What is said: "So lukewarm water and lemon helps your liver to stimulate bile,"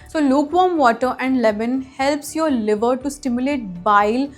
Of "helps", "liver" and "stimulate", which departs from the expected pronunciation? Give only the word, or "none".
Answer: none